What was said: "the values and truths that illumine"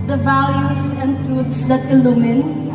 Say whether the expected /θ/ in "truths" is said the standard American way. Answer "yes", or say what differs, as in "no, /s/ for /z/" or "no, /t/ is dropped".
no, /t/ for /θ/